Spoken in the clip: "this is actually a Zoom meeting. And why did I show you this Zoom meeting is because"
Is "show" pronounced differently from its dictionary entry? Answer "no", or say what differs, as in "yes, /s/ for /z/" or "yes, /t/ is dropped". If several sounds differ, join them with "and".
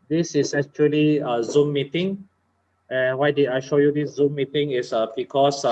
no